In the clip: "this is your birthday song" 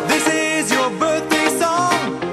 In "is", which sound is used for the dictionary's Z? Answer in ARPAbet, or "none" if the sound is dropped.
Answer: Z